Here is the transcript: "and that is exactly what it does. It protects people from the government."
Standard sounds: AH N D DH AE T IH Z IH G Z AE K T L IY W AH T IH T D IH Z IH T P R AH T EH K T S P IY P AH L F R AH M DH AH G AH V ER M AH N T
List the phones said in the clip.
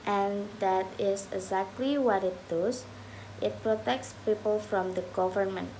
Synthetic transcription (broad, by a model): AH N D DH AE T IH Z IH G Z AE K T L IY W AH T IH T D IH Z IH T P R AH T EH K T S P IY P AH L F R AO M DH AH G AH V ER M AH N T